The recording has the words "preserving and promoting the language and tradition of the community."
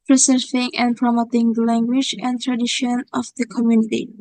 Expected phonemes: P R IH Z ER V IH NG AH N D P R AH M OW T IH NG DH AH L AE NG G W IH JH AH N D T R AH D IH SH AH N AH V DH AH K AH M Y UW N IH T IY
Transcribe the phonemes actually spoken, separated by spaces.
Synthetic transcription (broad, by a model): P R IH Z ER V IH NG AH N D P R AH M OW T IH NG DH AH L AE NG G W IH JH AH N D T R AH D IH SH AH N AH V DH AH K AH M Y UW N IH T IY